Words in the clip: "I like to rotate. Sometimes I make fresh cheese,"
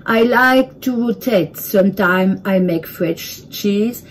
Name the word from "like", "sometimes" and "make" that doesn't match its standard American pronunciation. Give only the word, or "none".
sometimes